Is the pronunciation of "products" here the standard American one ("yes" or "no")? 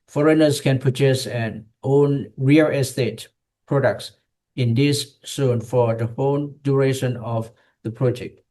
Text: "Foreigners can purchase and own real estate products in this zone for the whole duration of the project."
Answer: yes